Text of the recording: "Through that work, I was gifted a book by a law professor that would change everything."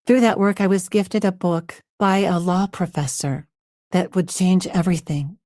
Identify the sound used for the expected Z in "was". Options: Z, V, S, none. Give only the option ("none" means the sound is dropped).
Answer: Z